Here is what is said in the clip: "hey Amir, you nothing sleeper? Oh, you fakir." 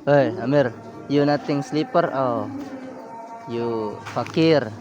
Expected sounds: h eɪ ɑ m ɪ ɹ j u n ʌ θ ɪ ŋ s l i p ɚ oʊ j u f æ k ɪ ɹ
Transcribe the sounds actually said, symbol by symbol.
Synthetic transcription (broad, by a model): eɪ ɑ m ɪ ɹ j u n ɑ t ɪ ŋ s l i p ɚ oʊ j u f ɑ k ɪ ɹ